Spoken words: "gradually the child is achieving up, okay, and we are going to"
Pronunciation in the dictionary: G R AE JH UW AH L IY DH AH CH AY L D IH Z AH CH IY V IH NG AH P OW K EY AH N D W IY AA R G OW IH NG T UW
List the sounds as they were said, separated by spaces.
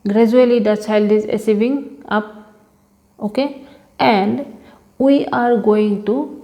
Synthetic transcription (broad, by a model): G R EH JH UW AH L IY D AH CH AY L D IH Z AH S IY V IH NG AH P OW K EY AH N D W IY AA R G OW IH NG T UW